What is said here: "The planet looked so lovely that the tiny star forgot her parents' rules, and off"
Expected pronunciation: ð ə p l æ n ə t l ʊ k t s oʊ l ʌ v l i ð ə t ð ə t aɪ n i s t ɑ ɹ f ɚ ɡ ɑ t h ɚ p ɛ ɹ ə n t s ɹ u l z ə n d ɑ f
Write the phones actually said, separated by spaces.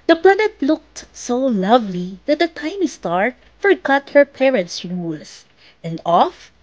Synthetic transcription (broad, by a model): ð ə p l æ n ə t l ʊ k t s oʊ l ʌ v l i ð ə t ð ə t aɪ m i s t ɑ ɹ f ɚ ɡ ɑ t h ɚ p ɛ ɹ ə n t s ɹ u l s ə n d ɑ f